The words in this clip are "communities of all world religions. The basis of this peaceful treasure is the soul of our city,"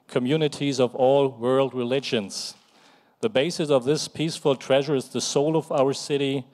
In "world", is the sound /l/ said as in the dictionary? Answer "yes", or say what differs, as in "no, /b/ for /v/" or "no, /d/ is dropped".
yes